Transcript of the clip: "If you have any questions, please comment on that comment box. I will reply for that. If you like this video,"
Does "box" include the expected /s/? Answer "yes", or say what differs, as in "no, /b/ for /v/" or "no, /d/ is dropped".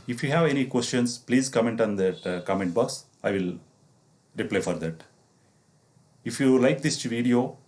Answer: yes